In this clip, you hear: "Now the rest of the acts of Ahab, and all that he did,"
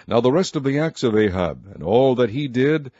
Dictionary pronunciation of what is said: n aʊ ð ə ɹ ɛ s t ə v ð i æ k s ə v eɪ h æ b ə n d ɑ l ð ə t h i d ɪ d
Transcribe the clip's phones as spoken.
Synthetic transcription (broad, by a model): n aʊ ð ə ɹ ɛ s t ə v ð i æ k s ə v eɪ h æ b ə n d ɑ l ð ə t h i d ɪ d